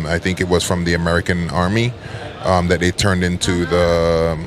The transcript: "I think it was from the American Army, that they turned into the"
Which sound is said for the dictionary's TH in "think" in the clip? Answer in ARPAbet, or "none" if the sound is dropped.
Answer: TH